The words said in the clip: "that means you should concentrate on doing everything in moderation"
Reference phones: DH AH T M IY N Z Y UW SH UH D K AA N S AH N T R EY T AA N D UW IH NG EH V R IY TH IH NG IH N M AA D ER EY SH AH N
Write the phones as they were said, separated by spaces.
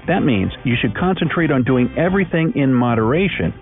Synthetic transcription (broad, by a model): DH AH T M IY N Z Y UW SH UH D K AA N S AH N T R EY T N D UW IH NG EH V R IY TH IH NG IH N M AA D ER EY SH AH N